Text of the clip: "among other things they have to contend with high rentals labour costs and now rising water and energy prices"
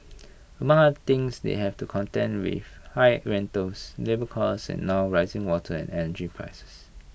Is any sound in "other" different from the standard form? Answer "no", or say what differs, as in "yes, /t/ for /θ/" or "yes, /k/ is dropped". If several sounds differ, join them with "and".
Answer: yes, /ð/ is dropped